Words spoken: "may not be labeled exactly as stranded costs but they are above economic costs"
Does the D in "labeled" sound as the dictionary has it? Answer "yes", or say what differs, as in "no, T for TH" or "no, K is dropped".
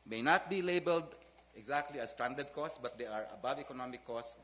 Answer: yes